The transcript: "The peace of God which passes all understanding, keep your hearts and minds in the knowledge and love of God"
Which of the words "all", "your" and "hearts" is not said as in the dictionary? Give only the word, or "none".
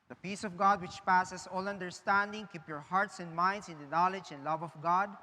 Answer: none